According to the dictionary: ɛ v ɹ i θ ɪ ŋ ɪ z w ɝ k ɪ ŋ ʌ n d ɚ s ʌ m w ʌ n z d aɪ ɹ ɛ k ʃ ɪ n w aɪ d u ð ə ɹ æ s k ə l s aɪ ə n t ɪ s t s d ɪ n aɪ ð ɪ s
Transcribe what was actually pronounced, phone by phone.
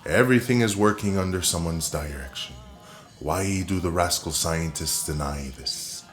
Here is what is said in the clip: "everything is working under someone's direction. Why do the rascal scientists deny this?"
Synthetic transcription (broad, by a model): ɛ v ɹ i θ ɪ ŋ ɪ z w ɝ k ɪ ŋ ʌ n d ɚ s ʌ m w ʌ n z d aɪ ɹ ɛ k ʃ ɪ n w aɪ d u ð ə ɹ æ s k l s aɪ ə n t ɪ s t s d ɪ n aɪ ð ɪ s